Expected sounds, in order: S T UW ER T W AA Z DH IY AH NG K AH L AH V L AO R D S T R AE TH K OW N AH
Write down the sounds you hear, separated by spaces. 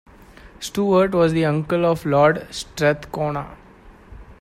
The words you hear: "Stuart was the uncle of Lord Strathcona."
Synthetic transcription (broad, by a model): S T UW ER T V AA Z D IY AH NG K AH L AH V L AO R D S T R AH T K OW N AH